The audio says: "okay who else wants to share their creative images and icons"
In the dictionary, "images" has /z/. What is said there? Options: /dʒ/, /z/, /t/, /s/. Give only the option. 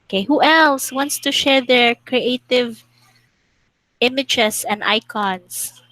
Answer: /s/